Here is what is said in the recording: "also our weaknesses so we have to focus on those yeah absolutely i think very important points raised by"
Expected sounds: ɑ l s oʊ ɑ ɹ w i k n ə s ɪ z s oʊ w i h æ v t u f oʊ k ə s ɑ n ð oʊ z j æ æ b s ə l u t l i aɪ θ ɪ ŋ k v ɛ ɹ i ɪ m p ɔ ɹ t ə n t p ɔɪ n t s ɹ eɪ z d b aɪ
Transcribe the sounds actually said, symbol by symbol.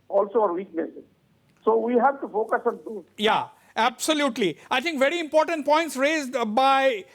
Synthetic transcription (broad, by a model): ɑ l s oʊ ɑ ɹ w i k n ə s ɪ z s oʊ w i h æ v t u f oʊ k ə s ɑ n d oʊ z j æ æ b s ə l u t l i aɪ t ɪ ŋ k v ɛ ɹ i ɪ m p ɔ ɹ t ə n t p ɔɪ n t s ɹ eɪ z d b aɪ